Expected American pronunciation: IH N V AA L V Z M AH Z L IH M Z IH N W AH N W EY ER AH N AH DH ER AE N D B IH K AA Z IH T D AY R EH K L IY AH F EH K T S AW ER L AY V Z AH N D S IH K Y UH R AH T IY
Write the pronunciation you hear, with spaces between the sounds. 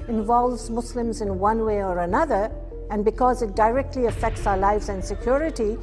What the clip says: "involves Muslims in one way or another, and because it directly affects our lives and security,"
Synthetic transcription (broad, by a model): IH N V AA L V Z M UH S L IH M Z IH N W AH N W EY ER AH N AH DH ER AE N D B IH K AA Z IH T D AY R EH K L IY AH F EH K T S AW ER L AY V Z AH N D S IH K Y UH R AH T IY